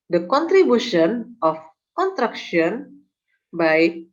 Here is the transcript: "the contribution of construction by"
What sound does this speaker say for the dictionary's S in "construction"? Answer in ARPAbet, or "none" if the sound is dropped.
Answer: none